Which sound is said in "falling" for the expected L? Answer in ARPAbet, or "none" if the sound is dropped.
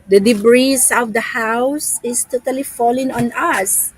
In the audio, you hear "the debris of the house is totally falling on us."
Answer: L